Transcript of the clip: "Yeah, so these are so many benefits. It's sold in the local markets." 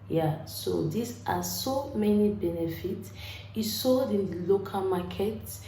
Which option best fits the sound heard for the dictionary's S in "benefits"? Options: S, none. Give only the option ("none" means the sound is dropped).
S